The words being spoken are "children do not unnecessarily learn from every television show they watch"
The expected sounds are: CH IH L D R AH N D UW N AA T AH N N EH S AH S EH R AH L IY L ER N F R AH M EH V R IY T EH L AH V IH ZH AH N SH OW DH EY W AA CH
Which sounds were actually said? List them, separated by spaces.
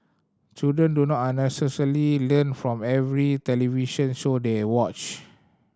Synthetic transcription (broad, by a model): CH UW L D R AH N D UW N AA T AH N N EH S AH S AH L IY L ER N F R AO M EH V R IY T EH L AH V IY SH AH N S OW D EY W AA CH